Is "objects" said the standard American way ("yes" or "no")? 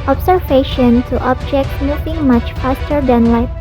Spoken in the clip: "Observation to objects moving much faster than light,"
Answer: no